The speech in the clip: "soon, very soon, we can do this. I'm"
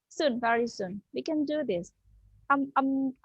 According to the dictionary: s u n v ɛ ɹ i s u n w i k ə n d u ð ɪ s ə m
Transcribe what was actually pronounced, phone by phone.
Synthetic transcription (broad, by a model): s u n v ɛ ɹ i s u n w i k ə n d u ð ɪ s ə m